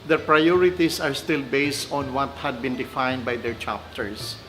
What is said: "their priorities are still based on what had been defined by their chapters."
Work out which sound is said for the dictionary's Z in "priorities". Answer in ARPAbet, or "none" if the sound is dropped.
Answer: S